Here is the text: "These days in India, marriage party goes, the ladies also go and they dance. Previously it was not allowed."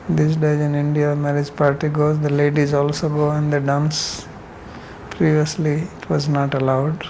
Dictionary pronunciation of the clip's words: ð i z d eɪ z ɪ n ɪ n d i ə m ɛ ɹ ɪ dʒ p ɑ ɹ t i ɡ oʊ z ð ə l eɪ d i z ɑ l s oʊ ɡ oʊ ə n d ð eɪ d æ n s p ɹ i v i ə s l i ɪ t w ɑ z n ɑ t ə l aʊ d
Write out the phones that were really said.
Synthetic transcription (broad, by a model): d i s d eɪ z ɪ n ɪ n d i ə m ɛ ɹ ɪ dʒ p ɑ ɹ t i ɡ oʊ z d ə l eɪ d i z ɑ l s oʊ ɡ oʊ ə n d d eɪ d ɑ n s p ɹ i v i ə s l i ɪ t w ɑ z n ɑ t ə l aʊ d